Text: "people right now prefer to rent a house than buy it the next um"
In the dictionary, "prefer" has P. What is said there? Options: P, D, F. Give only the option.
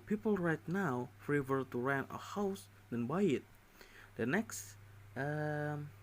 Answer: F